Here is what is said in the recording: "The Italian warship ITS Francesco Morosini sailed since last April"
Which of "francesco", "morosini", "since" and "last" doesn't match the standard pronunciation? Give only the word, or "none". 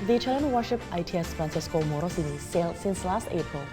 francesco